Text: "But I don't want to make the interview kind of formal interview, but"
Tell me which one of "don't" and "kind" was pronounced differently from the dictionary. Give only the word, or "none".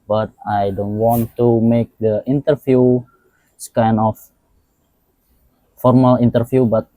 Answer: kind